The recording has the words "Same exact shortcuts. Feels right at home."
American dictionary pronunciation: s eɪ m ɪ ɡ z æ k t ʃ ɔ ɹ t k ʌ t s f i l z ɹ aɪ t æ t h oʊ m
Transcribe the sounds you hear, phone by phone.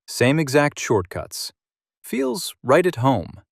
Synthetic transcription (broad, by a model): s eɪ m ɪ ɡ z æ k t ʃ ɔ ɹ t k ʌ t s f i l z ɹ aɪ t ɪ t h oʊ m